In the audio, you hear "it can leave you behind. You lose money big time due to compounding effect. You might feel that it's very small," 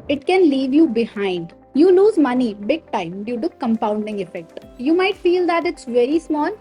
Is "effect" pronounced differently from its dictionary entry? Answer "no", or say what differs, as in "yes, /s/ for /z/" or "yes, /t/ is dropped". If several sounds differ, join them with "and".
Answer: no